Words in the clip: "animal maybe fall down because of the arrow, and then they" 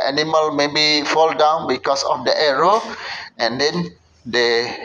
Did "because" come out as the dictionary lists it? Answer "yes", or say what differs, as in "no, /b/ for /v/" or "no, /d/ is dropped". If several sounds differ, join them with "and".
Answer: no, /s/ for /z/